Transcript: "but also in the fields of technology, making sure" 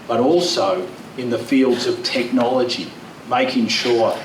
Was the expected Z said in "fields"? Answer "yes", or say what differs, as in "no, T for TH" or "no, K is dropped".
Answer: yes